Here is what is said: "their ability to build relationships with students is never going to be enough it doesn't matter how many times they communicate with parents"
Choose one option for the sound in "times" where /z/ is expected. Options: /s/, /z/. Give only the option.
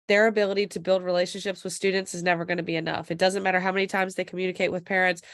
/z/